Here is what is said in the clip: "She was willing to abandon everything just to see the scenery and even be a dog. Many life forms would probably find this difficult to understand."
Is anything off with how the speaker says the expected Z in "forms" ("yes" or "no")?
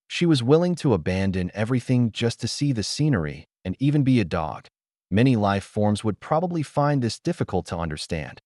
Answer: no